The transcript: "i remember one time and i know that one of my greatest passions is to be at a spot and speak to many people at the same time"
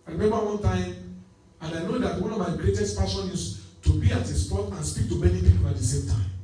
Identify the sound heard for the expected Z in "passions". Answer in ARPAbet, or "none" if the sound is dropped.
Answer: none